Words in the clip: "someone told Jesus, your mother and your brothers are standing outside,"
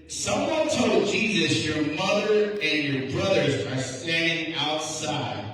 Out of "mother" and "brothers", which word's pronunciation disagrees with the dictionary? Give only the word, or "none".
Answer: none